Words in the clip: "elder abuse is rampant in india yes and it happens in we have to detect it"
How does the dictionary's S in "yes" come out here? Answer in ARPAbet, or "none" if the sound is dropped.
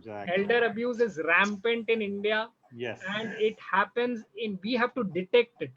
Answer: none